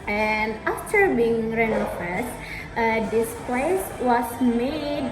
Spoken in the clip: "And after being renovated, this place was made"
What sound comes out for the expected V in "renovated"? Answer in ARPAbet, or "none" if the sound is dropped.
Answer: F